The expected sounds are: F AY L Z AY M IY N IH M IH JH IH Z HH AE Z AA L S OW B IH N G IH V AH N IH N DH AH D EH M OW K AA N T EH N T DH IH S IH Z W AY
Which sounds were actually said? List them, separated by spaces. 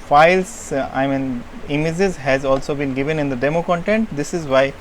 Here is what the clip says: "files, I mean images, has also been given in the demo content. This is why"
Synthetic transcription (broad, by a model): F AY L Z AY M IY N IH M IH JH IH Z HH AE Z AA L S OW B IH N G IH V AH N IH N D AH D EH M OW K AA N T EH N T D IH S IH Z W AY